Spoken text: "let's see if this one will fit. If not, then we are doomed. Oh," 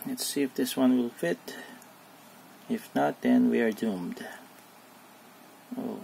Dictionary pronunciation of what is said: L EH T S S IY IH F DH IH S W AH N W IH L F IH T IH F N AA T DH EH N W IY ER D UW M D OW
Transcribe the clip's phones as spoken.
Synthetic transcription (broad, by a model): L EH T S S IY IH F DH IH S W AH N W IH L F IH T IH F N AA T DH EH N W IY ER D UW M D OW